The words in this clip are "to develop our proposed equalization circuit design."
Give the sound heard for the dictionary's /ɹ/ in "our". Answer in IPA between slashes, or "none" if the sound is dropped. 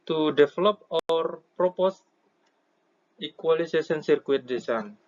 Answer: /ɹ/